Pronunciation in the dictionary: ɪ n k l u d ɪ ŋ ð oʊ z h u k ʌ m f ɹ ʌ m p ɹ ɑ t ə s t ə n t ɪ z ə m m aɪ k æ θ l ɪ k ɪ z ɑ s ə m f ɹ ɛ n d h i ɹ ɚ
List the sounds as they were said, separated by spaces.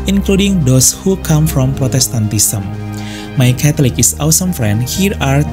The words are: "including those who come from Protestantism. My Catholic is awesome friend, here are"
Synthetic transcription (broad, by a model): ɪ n k l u d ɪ ŋ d oʊ s h u k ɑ m f ɹ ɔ m p ɹ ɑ t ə s t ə n t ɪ s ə m m aɪ k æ t l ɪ k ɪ s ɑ s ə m f ɹ ɛ n d h i ɹ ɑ